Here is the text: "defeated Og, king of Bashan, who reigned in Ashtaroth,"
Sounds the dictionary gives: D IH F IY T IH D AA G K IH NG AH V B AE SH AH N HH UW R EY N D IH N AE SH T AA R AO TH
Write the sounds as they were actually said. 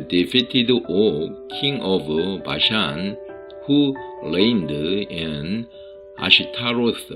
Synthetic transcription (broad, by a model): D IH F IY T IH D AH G K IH NG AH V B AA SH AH N HH UW L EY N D IH N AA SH T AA R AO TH